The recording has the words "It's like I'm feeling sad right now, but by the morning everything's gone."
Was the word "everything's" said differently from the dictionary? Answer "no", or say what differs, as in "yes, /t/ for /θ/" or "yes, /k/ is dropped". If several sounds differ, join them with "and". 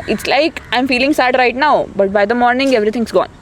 yes, /t/ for /θ/